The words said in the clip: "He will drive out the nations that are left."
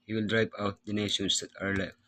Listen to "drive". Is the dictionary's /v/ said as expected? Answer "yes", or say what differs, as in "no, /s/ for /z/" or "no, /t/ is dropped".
no, /p/ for /v/